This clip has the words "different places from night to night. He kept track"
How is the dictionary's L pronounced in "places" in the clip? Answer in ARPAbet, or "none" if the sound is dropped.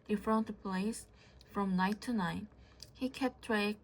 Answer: none